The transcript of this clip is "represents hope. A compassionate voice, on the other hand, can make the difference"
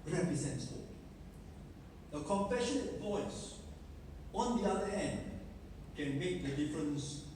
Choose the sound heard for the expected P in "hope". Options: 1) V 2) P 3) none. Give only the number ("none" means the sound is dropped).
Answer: 3